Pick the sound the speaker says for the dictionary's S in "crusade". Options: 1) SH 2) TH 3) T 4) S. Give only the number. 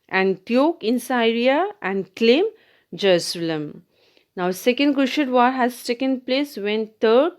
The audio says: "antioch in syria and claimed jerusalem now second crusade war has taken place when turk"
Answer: 1